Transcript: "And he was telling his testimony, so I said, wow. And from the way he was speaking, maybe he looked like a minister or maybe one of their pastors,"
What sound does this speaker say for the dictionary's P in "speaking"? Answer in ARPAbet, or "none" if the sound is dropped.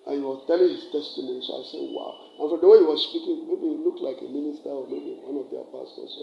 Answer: P